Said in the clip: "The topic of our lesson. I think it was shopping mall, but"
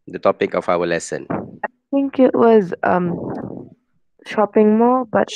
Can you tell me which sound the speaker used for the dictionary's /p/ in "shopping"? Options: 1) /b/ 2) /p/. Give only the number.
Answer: 2